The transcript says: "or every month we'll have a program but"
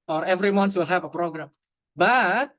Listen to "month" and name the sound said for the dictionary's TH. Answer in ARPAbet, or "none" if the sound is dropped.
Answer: S